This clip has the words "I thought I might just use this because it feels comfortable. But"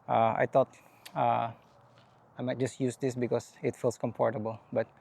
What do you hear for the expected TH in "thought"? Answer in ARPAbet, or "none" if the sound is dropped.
T